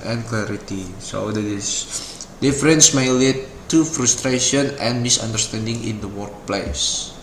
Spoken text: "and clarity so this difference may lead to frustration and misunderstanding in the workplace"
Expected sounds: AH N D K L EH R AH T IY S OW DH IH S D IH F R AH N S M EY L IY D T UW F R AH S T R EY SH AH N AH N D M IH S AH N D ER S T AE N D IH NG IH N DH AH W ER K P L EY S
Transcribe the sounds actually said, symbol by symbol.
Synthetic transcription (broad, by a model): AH N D K L EH R AH T IY S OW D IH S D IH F R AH N S M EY L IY T UW F R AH S T R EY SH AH N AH N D M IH S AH N D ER S T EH N D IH NG IH N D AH W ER K P L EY S